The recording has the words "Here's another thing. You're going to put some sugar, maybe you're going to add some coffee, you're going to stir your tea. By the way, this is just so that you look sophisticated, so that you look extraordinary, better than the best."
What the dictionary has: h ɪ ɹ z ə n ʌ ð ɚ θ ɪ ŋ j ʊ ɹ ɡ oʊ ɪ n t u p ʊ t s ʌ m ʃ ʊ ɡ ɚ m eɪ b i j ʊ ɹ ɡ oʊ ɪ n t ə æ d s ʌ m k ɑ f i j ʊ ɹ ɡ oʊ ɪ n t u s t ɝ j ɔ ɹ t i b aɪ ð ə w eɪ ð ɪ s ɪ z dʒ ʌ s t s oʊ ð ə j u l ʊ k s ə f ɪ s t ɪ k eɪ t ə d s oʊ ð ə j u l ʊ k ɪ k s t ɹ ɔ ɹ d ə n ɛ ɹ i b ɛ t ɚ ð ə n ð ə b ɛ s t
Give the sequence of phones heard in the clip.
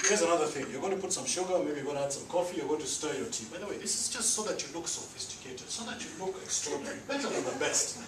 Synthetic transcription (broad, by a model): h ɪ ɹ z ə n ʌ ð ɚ θ ɪ ŋ j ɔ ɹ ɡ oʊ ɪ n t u p ʊ t s ʌ m ʃ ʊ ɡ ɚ m eɪ b i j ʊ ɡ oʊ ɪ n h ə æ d s ʌ m k ɑ f i j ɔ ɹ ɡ oʊ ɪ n t u s t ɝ j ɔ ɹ t i b aɪ ð ə w eɪ ð ɪ s ɪ z dʒ ʌ s t s oʊ ð ə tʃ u l ʊ k s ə f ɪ s t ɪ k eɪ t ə s oʊ ð ə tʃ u l ʊ k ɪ k s t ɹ ɔ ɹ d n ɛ ɹ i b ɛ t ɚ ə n ð ə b ɛ s t